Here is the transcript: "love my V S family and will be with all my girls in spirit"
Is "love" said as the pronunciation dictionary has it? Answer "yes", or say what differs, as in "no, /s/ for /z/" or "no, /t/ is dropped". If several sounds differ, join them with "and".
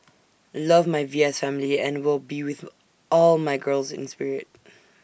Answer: yes